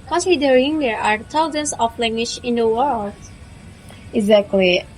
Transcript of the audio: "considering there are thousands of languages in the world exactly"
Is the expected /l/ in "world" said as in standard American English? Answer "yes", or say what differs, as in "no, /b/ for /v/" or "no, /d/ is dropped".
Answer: yes